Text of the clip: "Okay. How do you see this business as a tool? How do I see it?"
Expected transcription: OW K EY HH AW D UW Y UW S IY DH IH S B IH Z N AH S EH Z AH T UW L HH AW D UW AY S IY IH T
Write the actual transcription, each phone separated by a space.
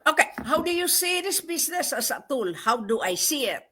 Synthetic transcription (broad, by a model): OW K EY HH AW D UW Y UW S IY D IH S B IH S N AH S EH S AH T UW L HH AW D UW AY S IY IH T